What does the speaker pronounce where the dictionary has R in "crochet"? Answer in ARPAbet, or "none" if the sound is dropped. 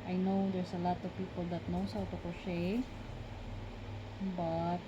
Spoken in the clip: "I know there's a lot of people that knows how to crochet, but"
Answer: none